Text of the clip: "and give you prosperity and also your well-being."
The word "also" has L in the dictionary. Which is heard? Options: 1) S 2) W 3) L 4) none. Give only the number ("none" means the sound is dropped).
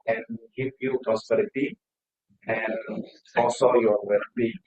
4